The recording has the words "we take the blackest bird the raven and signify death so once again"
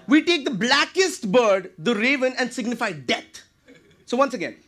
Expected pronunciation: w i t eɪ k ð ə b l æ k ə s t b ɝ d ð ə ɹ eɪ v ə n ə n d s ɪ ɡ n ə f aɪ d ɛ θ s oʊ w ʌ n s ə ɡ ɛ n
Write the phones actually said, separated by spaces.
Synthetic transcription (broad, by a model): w i t eɪ k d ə b l æ k ə s t b ɝ d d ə ɹ eɪ v ə n ə n d s ɪ ɡ n ə f aɪ d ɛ t s oʊ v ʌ n s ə ɡ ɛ n